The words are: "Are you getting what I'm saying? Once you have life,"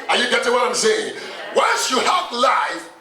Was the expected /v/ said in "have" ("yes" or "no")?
no